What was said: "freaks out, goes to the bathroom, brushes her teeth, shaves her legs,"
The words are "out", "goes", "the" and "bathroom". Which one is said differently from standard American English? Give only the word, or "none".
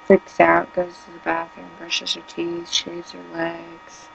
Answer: bathroom